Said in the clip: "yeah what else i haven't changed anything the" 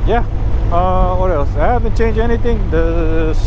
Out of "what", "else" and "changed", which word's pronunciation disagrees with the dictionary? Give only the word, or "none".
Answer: changed